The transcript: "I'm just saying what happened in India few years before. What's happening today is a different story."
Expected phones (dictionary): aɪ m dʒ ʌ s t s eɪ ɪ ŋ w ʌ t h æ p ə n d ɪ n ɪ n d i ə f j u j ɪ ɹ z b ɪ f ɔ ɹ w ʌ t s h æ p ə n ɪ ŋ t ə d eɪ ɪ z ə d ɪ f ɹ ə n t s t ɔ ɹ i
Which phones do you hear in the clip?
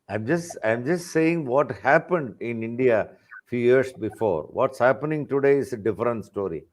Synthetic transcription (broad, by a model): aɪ m dʒ ʌ s t s eɪ ɪ ŋ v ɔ t h æ p ə n d ɪ n ɪ n d i ə f j u j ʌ ɹ s b ɪ f ɔ ɹ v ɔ t s h æ p ə n ɪ ŋ t ə d eɪ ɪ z ə d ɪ f ɹ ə n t s t ɔ ɹ i